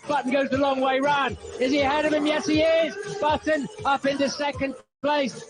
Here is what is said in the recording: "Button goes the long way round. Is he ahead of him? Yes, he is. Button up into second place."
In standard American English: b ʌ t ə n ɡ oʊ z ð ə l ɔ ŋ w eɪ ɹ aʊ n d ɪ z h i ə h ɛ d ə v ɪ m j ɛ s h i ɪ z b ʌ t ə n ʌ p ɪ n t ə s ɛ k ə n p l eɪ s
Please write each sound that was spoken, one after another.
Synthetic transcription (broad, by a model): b ʌ t n ɡ oʊ z ð ə l ɔ ŋ w eɪ ɹ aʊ n ɪ z i ə h ɛ d ə v ɪ m j ɛ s h i ɪ z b ʌ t n ʌ p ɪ n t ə s ɛ k ə n p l eɪ s